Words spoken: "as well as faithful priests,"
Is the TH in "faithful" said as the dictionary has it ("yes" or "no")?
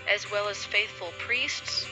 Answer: yes